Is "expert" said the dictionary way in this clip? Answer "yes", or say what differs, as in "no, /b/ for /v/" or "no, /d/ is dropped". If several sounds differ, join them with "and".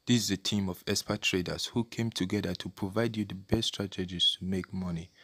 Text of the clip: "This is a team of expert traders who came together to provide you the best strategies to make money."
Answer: no, /k/ is dropped